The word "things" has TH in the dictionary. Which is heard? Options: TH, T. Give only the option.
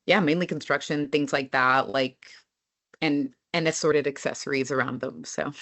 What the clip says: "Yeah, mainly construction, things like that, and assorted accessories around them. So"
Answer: TH